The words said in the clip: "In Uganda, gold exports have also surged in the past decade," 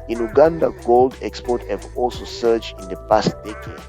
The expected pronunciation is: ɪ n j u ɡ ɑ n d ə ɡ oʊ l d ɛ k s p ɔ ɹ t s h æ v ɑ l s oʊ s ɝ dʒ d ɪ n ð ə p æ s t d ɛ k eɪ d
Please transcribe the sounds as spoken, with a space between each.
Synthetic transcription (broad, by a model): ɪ n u ɡ ɑ n d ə ɡ oʊ l d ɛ k s p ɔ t h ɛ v ɑ l s oʊ s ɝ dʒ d ɪ n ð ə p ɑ s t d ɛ k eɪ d